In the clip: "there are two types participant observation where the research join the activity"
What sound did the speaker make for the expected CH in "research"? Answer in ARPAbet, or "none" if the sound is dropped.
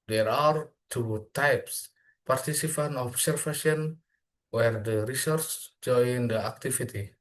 S